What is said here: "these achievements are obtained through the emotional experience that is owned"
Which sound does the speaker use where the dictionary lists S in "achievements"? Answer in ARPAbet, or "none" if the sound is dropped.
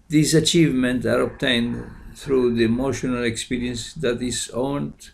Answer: none